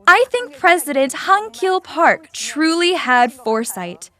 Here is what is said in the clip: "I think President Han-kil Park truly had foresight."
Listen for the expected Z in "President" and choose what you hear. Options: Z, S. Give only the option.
Z